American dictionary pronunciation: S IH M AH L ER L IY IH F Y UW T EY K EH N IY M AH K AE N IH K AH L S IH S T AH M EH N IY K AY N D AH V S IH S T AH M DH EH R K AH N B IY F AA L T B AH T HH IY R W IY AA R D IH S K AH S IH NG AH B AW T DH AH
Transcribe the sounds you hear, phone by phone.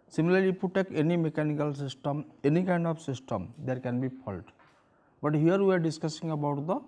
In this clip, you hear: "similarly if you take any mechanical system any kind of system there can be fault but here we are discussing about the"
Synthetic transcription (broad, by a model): S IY M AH L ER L IY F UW T EY K EH N IY M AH K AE N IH K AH L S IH S T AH M EH N IY K AY N D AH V S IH S T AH M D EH R K AH N B IY P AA L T B AH T HH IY R W IY AA R D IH S K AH S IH NG AH B AW T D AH